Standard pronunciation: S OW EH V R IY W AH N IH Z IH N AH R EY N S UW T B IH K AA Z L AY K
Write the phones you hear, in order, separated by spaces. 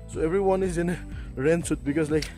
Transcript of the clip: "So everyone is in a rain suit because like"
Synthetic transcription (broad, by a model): S OW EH V R IY W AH N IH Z IH N AH R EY N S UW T B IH K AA S L AY K